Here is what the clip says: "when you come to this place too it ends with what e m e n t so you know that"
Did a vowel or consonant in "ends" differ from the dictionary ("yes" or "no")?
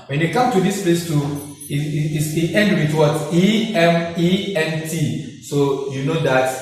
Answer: yes